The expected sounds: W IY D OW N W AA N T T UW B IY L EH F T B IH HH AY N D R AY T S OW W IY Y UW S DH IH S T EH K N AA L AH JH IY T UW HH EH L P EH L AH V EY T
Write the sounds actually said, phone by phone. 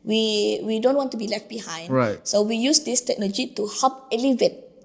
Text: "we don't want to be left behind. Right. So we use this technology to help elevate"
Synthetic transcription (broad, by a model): W IY D OW N W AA N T T UW B IY L EH F T B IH HH AY N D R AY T S OW W IY Y UW S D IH S T EH K N AA L AH JH IY T UW HH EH P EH L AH V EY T